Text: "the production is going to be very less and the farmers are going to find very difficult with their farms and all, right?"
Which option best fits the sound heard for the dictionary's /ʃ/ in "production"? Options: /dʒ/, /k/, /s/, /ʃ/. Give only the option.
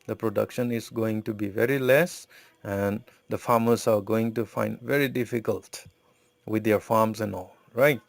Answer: /ʃ/